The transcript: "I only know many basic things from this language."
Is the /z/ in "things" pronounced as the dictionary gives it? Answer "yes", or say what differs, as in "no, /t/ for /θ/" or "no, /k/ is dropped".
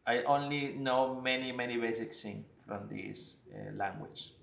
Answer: no, /z/ is dropped